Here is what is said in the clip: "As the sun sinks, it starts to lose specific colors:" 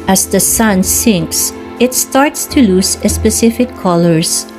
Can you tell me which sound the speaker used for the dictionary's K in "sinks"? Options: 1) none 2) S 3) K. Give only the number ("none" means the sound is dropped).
3